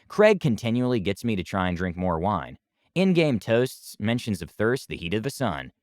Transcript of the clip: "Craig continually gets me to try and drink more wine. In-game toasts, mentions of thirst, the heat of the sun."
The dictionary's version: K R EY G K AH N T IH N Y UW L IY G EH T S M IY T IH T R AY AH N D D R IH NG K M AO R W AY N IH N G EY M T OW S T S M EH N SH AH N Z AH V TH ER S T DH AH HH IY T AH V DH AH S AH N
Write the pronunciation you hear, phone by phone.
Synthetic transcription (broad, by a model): K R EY G K AH N T IH N Y UW L IY G EH T S M IY T IH T R AY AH N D D R IH NG K M AO R W AY N IH N G EY M T OW S T S M EH N SH AH N Z AH V TH ER S T DH AH HH IY T AH V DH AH S AH N